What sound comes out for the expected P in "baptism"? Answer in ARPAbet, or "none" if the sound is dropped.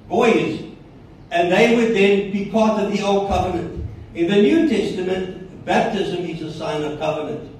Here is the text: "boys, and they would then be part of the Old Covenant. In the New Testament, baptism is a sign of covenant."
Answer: P